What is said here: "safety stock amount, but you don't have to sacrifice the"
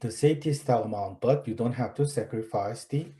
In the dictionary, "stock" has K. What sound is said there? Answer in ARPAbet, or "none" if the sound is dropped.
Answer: none